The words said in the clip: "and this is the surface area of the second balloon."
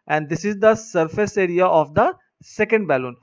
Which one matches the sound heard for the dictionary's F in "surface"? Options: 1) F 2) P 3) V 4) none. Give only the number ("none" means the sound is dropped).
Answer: 1